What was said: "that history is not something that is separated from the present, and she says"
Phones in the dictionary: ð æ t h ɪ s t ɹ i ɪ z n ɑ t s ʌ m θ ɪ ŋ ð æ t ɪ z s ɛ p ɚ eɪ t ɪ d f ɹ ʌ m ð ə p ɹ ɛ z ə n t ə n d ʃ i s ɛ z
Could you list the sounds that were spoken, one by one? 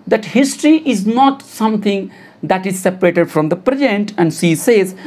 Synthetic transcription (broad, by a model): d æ t h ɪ s t ɹ i ɪ z n ɑ t s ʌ m t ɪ ŋ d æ t ɪ z s ɛ p ɚ eɪ t ɪ d f ɹ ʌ m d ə p ɹ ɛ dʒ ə n t ə n d s i s ɛ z